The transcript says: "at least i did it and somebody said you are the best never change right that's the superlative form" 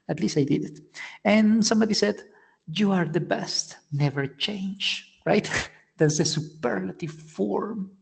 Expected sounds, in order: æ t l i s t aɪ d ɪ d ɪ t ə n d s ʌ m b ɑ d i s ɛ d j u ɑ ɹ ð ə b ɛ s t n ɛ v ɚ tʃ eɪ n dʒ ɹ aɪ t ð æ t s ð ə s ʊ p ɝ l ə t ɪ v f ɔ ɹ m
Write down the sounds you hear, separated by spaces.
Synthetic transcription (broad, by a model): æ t l i s t aɪ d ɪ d ɪ t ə n s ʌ m b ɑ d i s ɛ d j u ɑ ɹ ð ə b ɛ s t n ɛ v ɚ tʃ eɪ n dʒ ɹ aɪ t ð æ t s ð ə s ʊ p ɝ l ə t ɪ v f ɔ ɹ m